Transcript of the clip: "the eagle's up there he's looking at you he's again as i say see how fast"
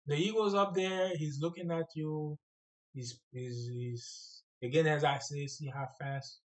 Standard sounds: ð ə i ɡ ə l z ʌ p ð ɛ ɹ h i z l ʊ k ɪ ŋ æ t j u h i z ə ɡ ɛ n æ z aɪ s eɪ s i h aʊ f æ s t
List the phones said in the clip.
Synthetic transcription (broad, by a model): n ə i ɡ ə z ʌ p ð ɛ ɹ h i z l ʊ k ɪ ŋ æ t j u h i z ə ɡ ɛ n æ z aɪ s eɪ s i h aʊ f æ s t